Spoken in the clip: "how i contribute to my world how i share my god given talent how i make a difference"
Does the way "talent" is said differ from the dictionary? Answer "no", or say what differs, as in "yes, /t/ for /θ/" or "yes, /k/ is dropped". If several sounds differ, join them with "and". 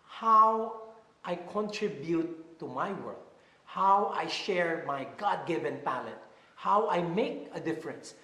yes, /n/ is dropped